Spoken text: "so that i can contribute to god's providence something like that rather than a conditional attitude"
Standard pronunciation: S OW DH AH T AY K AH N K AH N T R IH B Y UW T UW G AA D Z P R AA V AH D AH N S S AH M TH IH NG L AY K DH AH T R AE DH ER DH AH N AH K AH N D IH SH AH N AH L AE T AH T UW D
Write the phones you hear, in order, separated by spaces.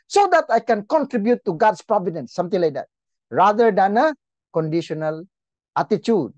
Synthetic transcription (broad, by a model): S OW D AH T AY K AH N K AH N T R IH B Y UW T UW G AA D S P R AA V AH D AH N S S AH M T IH NG L AY K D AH T R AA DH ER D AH N AH K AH N D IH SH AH N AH L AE T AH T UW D